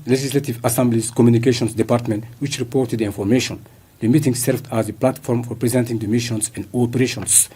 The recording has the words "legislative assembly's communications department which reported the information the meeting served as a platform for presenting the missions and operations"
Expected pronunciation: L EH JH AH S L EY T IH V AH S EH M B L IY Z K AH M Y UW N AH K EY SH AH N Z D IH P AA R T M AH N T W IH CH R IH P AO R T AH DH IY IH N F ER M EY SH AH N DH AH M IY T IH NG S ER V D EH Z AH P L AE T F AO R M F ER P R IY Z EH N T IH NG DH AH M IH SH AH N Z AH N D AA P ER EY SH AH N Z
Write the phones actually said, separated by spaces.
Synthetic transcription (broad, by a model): L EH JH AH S L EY T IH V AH S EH M B L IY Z K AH M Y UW N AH K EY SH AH N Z D IH P AA R T M AH N T W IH CH R IH P AO R T AH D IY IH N F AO M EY SH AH N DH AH M IY T IH NG S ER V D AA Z AH P L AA T F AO R M F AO P R IY Z EH N T IH NG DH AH M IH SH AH N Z AH N D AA P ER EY SH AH N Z